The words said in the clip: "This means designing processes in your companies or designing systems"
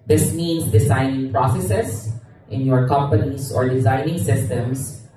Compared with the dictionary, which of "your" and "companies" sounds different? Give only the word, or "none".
companies